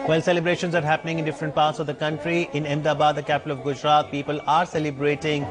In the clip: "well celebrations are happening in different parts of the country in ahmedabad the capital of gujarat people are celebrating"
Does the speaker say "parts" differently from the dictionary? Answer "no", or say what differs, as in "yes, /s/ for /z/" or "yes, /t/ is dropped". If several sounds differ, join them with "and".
no